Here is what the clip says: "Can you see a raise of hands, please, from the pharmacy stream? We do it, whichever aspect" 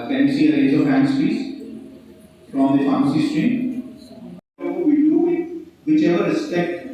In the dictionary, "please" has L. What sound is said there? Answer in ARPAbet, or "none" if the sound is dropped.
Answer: none